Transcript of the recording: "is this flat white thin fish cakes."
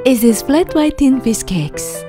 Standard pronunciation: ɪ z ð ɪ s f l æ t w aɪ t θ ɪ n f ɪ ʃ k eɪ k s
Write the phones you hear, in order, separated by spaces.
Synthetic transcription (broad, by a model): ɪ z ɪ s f l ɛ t w aɪ t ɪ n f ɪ s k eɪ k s